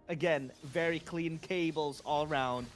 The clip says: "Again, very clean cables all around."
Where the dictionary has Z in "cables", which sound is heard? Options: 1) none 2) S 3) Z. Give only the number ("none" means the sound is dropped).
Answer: 3